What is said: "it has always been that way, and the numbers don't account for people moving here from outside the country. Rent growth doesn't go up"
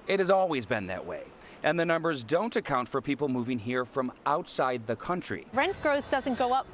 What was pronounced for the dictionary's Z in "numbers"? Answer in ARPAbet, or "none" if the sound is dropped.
Z